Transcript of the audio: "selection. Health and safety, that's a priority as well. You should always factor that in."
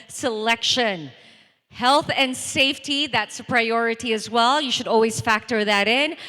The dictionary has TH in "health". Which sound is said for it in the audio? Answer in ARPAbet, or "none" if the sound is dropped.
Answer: TH